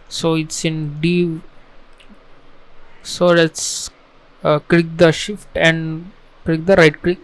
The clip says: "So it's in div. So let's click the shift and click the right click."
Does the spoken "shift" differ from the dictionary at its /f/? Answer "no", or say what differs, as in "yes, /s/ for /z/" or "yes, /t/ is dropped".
no